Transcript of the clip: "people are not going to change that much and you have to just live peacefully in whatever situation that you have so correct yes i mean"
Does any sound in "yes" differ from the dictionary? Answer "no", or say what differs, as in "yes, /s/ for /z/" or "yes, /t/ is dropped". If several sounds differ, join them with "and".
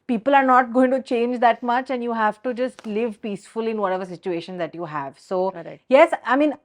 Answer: no